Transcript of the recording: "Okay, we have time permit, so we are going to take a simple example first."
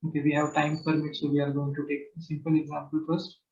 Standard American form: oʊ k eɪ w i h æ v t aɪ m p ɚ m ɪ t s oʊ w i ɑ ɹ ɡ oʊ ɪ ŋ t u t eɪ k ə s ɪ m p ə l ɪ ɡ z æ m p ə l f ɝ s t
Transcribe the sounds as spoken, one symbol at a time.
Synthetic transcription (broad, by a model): oʊ k eɪ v i h æ v t aɪ m p ɚ m ɪ t s oʊ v i ɑ ɹ ɡ oʊ ɪ ŋ t u t eɪ k s ɪ m p ə l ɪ ɡ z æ m p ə l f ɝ s t